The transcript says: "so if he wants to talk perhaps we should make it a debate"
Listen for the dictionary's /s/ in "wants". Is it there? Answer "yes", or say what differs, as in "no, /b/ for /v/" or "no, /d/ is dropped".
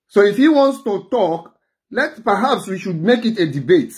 yes